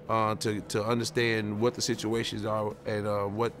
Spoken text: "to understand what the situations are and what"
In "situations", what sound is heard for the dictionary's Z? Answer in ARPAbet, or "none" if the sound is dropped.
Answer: Z